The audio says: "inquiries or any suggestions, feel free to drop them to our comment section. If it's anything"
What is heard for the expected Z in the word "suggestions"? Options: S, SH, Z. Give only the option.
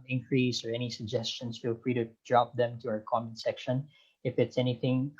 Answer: S